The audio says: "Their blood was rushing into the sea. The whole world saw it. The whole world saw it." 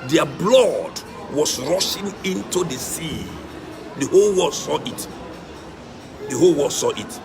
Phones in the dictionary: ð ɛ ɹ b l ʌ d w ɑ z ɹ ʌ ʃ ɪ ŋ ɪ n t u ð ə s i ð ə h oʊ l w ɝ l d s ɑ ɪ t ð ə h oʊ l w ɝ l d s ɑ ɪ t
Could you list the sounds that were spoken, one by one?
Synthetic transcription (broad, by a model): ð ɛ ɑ b l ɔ d w ɑ s ɹ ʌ ʃ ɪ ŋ ɪ n t u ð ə s i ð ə h oʊ l w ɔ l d s ɑ ɪ t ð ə h oʊ l w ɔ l s ɑ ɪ t